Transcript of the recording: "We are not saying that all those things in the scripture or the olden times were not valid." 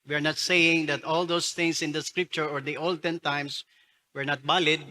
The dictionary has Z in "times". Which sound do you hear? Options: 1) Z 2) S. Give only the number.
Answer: 2